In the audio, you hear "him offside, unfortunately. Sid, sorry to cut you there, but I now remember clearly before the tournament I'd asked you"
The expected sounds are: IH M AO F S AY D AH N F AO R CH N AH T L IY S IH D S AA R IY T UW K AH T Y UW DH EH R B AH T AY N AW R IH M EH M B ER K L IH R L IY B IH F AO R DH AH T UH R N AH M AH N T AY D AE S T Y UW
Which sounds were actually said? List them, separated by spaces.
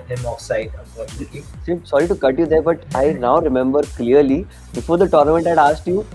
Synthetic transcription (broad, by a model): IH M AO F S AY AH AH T IY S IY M S AA R IY T UW K AH T Y UW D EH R B AH T AY N AW R IH M EH M B ER K L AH R L IY B IH F AO R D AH T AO R N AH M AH N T AY D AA S T Y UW